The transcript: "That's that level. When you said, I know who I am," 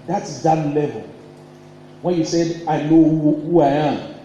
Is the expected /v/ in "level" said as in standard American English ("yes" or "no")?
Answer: yes